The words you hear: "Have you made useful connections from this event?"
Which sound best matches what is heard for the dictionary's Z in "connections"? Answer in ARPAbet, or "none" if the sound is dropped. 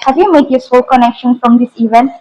none